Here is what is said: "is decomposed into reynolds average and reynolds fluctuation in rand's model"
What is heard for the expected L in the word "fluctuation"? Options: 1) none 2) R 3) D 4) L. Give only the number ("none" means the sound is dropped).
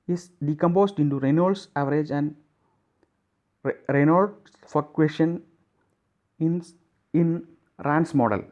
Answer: 1